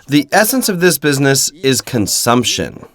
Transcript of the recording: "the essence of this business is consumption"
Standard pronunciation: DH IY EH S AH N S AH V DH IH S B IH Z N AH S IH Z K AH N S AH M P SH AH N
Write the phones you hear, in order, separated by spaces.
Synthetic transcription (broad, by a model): DH IY EH S AH N S AH V DH IH S B IH Z N AH S IH Z K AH N S AH M P SH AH N